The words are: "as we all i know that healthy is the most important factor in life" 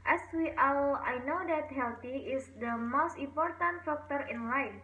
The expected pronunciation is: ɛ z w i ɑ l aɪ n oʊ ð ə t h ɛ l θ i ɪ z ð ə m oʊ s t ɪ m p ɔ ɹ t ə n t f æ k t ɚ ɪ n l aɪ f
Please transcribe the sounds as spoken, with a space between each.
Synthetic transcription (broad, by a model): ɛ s w i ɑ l aɪ n oʊ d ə t h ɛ l t i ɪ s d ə m oʊ s t ɪ m p ɔ ɹ t ə n t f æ k t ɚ ɪ n l aɪ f